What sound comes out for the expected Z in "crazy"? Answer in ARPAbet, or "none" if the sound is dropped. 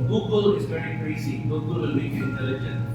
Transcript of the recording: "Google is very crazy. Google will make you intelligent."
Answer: S